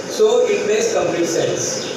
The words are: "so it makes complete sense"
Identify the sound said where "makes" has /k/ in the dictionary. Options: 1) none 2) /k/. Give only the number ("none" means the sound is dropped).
1